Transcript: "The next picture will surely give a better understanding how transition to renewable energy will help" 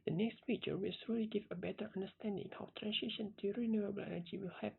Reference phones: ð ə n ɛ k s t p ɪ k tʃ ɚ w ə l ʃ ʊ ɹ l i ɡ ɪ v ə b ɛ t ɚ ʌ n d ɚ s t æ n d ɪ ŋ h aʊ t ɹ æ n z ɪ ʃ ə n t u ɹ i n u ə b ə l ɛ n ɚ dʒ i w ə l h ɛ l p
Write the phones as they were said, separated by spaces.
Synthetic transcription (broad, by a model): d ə n ɛ k s t f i tʃ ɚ w ə l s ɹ l i ɡ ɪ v ə b ɛ t ɚ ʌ n d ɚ s t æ n d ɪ ŋ h aʊ t ɹ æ n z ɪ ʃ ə n t u ɹ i n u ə b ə l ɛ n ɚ dʒ i w ə l h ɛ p